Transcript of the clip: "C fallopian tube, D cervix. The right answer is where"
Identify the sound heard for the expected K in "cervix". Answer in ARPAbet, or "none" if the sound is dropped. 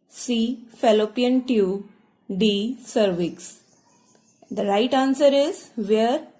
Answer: K